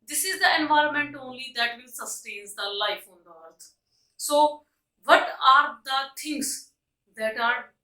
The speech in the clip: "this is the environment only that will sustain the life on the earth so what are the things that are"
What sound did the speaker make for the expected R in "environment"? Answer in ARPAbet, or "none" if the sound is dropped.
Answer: R